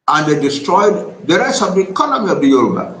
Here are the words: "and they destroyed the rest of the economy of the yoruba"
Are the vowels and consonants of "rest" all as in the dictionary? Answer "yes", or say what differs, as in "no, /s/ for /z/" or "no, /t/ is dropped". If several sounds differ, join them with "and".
no, /t/ is dropped